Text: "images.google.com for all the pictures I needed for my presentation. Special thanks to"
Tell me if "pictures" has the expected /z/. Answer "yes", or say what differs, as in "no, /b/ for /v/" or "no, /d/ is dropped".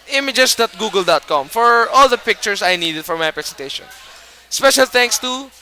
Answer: no, /s/ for /z/